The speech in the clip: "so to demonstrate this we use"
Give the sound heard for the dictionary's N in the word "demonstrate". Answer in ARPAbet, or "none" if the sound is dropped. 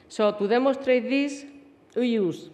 none